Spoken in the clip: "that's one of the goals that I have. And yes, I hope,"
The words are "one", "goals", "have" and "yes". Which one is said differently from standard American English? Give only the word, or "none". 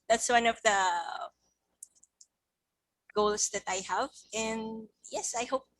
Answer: goals